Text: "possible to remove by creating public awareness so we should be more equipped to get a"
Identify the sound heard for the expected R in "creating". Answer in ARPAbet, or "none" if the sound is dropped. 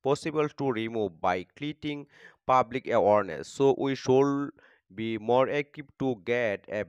L